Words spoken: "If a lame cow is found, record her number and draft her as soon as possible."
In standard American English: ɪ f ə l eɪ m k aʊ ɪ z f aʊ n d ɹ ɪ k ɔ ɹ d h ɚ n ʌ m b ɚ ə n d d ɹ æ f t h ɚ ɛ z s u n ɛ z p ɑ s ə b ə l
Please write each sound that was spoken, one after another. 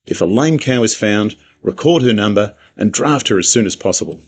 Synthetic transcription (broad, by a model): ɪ f ə l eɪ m k aʊ ɪ z f aʊ n d ɹ ɪ k ɔ ɹ d h ɚ n ʌ m b ɚ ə n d d ɹ æ f t h ɚ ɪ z s u n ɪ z p ɑ s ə b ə l